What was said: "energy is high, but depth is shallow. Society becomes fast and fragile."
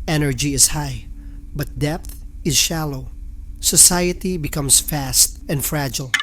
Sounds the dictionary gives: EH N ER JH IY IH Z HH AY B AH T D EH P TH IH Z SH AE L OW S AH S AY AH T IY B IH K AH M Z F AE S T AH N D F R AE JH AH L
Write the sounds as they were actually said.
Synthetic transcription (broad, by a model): EH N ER JH IY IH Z HH AY B AH T D EH P TH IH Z SH AE L OW S AH S AY AH T IY B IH K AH M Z F AE S T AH N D F R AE JH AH L